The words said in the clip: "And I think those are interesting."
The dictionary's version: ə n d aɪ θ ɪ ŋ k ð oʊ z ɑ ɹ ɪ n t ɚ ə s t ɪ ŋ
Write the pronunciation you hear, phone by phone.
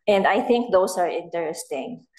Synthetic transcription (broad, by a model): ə n d aɪ θ ɪ ŋ k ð oʊ s ɑ ɹ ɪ n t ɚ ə s t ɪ ŋ